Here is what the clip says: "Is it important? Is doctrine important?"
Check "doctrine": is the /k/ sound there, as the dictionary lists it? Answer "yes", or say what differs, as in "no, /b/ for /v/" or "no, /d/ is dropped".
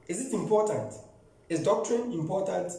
yes